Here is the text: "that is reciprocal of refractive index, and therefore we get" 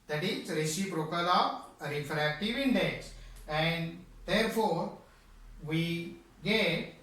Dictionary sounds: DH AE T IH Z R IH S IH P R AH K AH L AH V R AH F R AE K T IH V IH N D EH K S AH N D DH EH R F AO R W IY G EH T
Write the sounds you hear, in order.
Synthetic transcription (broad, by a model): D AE T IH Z R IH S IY B R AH K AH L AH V R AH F R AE K T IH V IH N D EH K S AH N D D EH R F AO R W IY G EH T